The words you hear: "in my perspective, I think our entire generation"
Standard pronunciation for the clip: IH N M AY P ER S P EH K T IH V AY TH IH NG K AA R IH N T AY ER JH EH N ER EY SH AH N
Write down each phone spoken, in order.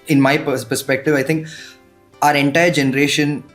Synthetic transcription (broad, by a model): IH N M AY P ER S P EH K T IH V AY T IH NG K AA R IH N T AY ER JH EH N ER EY SH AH N